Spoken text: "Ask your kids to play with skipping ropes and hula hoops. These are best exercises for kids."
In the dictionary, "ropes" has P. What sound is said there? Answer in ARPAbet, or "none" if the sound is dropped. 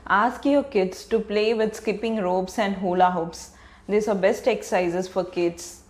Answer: B